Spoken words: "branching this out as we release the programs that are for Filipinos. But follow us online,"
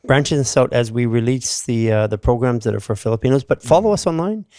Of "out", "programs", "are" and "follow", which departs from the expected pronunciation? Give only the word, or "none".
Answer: none